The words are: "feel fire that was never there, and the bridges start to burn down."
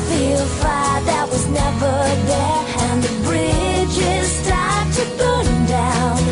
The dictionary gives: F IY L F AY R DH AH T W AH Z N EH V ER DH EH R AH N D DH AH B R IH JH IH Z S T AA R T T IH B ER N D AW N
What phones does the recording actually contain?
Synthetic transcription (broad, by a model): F IY L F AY DH AH T W AH Z N EH V ER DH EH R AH N DH AH B R IH JH IH Z S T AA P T T IH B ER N D AW N